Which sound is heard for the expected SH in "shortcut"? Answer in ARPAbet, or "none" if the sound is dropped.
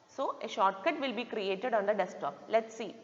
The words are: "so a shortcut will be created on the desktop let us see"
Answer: SH